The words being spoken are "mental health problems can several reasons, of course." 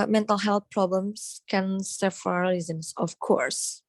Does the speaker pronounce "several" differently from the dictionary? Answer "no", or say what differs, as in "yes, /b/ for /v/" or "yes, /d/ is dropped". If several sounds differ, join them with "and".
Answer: yes, /f/ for /v/